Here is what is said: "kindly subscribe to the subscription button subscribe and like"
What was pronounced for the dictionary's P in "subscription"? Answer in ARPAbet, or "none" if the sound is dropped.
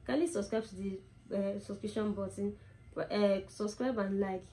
none